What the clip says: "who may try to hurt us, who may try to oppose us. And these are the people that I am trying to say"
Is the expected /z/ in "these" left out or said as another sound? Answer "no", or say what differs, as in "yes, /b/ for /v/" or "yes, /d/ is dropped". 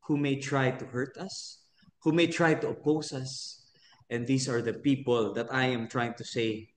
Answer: yes, /s/ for /z/